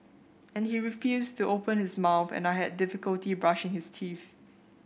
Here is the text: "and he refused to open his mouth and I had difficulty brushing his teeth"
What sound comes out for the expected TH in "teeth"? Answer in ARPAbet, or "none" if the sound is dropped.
TH